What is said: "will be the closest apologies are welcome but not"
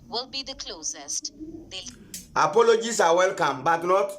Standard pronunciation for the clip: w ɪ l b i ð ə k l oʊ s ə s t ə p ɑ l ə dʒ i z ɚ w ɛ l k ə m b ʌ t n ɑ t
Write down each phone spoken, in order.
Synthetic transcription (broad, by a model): w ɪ l b i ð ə k l oʊ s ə s t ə p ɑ l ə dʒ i s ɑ w ɛ l k ə m b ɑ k n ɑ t